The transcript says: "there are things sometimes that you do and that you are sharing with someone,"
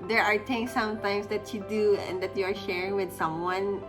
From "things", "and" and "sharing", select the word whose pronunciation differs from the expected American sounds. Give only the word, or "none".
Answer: things